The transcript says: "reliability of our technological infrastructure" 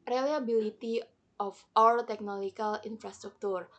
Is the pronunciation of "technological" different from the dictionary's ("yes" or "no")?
yes